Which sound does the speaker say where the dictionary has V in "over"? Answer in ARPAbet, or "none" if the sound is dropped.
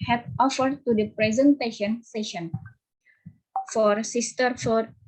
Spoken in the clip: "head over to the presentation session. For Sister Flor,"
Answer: F